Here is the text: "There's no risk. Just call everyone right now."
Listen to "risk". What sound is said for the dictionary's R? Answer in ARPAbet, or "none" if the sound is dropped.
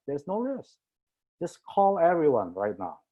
L